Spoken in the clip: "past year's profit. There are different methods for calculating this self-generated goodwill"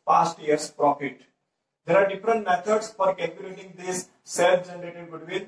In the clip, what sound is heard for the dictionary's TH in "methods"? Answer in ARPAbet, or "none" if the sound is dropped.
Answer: T